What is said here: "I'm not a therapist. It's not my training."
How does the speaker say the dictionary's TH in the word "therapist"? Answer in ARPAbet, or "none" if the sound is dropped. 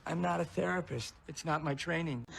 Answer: TH